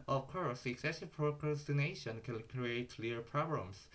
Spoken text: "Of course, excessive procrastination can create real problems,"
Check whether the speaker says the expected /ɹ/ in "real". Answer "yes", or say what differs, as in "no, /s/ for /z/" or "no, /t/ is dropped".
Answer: no, /l/ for /ɹ/